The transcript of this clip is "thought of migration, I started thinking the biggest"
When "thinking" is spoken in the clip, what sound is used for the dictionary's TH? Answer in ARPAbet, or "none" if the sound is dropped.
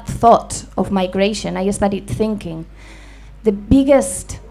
TH